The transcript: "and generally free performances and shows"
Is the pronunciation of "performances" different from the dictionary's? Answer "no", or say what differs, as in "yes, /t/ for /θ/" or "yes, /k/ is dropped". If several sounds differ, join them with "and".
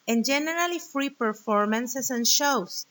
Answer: yes, /s/ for /z/